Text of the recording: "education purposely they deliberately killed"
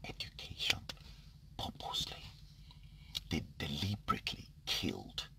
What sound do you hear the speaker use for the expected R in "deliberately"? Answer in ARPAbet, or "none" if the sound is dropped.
R